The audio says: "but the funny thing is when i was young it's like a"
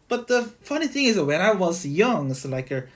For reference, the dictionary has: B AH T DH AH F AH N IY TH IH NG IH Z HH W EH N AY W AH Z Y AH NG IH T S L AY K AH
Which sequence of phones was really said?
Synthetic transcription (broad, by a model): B AH T DH AH F AH N IY TH IH NG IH Z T W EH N AY W AH Z Y AH NG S L AY K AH